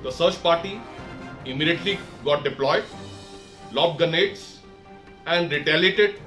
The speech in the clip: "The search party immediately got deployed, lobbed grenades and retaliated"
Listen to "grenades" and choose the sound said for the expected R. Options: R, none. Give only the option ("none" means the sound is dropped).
none